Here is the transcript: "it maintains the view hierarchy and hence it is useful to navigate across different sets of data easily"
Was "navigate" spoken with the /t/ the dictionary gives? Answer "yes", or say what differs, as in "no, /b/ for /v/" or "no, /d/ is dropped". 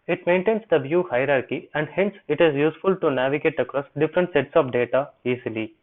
yes